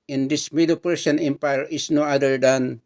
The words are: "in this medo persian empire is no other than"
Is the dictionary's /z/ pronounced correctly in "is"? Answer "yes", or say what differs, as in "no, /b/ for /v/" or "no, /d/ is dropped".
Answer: no, /s/ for /z/